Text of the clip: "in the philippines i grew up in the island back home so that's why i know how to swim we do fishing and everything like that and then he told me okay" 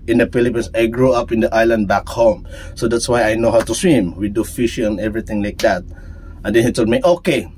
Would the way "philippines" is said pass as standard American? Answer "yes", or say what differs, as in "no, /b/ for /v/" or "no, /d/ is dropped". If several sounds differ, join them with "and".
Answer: no, /s/ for /z/